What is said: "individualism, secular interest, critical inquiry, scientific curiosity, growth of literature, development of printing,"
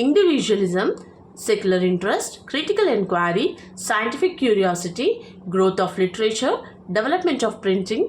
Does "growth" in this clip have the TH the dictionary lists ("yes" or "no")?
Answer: no